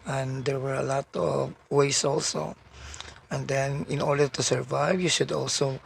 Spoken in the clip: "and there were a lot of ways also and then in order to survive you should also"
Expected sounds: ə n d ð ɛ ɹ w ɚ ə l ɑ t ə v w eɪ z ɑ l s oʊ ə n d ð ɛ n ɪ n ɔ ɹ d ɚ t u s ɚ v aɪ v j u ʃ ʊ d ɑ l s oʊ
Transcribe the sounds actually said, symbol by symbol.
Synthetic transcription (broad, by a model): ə n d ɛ ɹ w ɚ ə l ɑ t ə v w eɪ s ɑ l s oʊ ə n d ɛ n ɪ n ɔ ɹ d ɚ t u s ɚ v aɪ v j u ʃ ʊ d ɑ l s oʊ